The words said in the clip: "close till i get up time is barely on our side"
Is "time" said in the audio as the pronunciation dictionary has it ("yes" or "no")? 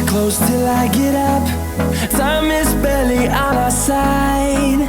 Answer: no